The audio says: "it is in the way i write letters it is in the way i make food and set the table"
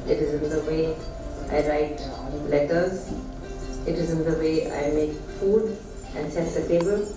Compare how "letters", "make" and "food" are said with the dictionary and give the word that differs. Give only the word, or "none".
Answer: none